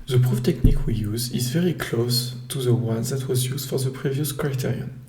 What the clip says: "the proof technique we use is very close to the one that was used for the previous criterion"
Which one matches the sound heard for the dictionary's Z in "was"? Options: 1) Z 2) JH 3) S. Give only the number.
1